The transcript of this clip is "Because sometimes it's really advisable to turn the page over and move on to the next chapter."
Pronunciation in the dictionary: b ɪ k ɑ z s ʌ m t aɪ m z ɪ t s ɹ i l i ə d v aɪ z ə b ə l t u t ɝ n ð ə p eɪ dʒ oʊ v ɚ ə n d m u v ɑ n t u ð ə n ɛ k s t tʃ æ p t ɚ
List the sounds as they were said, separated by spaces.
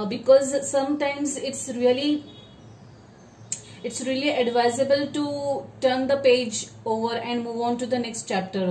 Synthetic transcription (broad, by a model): b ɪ k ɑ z s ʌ m t aɪ m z ɪ t s ɹ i l i ə d v aɪ z ə b ə l t u t ɝ n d ə p eɪ dʒ oʊ v ɚ ə n d m u v ɑ n t u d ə n ɛ k s t tʃ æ p t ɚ